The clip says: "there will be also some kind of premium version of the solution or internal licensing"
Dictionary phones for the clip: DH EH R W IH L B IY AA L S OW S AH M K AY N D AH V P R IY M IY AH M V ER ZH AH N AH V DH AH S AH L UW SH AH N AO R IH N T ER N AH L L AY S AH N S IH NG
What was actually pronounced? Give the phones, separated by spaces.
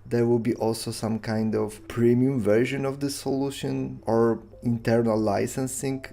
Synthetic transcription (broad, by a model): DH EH R W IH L B IY AA L S OW S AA M K AY N D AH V P R IY M IY AH M V ER ZH AH N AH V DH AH S AH L UW SH AH N AO R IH N T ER N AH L L AY S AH N S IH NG